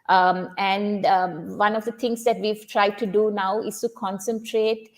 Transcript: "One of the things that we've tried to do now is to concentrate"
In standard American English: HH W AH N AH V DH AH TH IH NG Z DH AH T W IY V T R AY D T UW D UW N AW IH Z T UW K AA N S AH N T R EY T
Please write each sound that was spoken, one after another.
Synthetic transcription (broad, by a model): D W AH N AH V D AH T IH NG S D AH T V IY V T R AY D T UW D UW N AW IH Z T UW K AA N S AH N T R EY T